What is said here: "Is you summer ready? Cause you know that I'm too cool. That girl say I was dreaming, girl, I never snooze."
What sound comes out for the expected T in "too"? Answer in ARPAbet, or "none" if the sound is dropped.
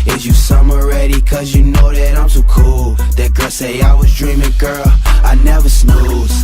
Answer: S